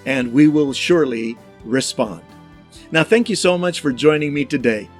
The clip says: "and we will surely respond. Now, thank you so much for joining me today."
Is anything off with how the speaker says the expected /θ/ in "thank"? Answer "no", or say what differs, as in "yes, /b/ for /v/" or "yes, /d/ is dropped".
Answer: no